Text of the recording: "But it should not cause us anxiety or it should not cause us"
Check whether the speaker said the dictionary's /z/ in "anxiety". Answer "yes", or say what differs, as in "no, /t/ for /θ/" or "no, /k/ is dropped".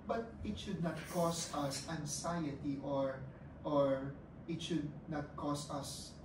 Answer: no, /s/ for /z/